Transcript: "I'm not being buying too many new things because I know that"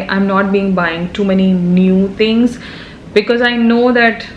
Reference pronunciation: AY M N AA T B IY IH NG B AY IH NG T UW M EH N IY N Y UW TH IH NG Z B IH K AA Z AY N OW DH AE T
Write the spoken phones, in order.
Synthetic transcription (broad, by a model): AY M N AA T B IY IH NG B AY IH NG T UW M EH N IY N Y UW T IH NG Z B IH K AA Z AY N OW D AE T